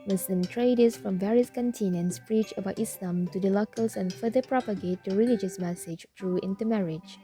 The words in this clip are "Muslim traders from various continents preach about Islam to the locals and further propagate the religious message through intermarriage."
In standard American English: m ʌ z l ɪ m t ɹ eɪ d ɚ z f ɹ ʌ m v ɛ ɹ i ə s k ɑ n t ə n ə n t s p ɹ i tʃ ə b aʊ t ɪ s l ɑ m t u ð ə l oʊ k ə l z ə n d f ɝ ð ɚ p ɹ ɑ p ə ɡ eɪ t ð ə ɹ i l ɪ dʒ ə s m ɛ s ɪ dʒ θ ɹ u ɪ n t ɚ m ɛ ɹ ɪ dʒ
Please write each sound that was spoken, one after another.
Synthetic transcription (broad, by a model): m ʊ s l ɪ m t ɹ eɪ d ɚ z f ɹ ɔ m v ɛ ɹ i ə s k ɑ n t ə n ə n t s p ɹ i tʃ ə b aʊ t ɪ s l ɑ m t u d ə l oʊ k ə l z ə n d f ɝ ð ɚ p ɹ ɑ p ə ɡ eɪ t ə ɹ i l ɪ dʒ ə s m ɛ s ɪ dʒ t ɹ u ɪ n t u m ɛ ɹ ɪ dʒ